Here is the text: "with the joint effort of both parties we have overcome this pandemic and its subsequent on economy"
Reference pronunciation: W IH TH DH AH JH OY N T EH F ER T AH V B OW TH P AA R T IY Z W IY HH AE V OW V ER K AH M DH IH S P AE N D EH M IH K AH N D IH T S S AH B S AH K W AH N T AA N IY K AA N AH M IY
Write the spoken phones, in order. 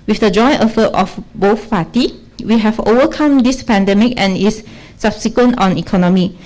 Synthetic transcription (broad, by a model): W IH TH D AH JH OY N T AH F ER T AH F B OW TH P AA T IY W IY HH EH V OW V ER K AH M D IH S P AE N D EH M IH K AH N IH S S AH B S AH K W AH N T AA N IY K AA N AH M IY